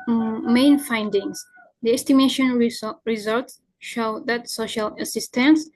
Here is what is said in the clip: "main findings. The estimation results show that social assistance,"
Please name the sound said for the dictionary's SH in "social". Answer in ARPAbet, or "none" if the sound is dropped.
SH